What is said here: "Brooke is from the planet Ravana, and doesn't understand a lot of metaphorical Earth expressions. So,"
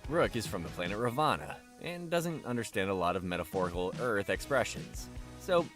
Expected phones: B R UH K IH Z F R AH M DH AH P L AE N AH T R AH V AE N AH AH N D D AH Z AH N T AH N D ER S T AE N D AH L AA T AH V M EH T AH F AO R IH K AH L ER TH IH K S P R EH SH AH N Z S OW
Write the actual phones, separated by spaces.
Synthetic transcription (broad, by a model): R UH K IH Z F R AH M DH AH P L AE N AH T R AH V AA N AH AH N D D AH Z AH N T AH N D ER S T AE N D AH L AA T AH V M EH T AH F AO R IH K L ER TH IH K S P R EH SH AH N Z S OW